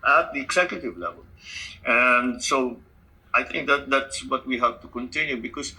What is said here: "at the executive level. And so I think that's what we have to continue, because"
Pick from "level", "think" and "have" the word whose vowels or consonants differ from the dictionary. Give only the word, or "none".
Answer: think